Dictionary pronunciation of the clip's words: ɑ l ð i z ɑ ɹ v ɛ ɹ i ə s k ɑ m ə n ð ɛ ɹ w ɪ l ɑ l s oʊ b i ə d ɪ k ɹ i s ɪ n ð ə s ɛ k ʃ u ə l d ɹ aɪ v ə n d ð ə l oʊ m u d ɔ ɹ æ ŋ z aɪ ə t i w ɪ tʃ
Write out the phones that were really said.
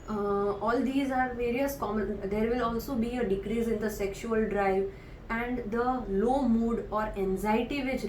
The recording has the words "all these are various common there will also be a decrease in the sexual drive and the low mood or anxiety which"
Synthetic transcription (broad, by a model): ɑ l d i z ɑ ɹ v ɛ ɹ i ə s k ɑ m ə n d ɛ ɹ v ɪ l ɑ l s oʊ b i ə d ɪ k ɹ i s ɪ n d ə s ɛ k ʃ u ə l d ɹ aɪ v ə n d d ə l oʊ m u d ɔ ɹ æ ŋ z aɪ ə t i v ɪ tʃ